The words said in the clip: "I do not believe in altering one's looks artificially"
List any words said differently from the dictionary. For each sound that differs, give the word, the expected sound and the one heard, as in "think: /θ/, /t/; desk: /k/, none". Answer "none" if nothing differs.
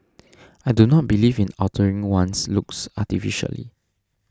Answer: altering: /l/, none; one's: /z/, /s/